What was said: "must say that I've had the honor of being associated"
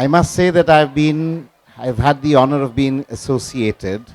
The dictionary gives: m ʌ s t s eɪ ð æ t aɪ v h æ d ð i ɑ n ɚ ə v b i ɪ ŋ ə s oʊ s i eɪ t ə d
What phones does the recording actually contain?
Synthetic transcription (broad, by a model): m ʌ s t s eɪ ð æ t aɪ v h æ d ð i ɑ n ɚ ə v b i ɪ ŋ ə s oʊ s i eɪ t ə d